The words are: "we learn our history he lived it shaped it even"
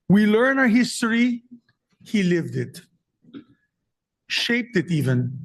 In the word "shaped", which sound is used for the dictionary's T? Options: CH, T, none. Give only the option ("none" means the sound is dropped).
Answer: T